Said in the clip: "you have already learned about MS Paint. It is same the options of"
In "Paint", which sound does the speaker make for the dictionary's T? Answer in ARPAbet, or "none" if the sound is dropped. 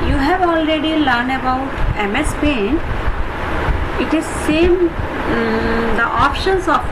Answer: none